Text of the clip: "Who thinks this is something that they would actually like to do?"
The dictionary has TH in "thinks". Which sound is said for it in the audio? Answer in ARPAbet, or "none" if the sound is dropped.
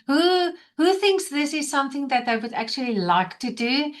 TH